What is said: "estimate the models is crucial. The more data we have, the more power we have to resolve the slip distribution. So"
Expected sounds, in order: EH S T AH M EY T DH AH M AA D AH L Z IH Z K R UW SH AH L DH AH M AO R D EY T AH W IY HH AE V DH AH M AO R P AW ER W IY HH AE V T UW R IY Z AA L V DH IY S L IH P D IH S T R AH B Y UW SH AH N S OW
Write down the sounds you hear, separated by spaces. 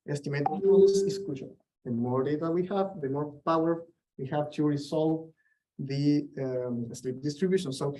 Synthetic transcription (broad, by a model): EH S T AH M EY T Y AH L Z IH S K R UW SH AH L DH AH M AO R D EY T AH W IY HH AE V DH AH M AO R P AW ER W IY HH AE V T UW R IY S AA L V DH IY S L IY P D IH S T R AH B Y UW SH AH N S OW